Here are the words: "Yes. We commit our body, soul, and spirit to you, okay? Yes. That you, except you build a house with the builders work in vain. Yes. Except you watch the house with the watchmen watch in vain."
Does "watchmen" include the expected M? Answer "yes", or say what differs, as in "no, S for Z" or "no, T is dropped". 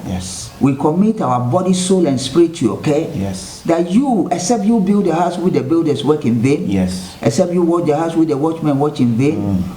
yes